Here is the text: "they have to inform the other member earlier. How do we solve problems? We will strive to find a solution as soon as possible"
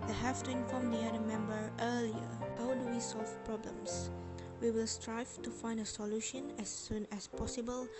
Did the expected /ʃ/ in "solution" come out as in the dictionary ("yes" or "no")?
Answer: yes